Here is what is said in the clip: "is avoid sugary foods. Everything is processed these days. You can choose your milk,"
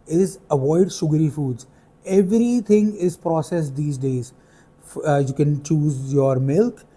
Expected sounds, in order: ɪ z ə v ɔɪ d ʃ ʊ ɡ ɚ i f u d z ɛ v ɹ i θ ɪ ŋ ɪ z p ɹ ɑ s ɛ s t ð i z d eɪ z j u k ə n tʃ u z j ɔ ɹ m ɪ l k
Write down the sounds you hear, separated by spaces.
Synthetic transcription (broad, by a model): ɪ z ə v ɔɪ d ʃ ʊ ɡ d i f u d z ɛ v ɹ i t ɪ ŋ ɪ z p ɹ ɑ s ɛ s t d i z d eɪ z j u k ə n tʃ u z j ɔ ɹ m ɪ l k